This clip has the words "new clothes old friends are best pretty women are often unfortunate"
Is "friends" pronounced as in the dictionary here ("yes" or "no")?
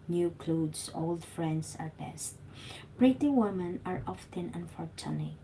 no